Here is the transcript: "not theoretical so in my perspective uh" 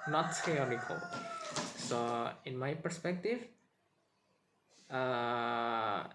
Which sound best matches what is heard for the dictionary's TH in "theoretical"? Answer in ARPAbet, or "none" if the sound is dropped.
S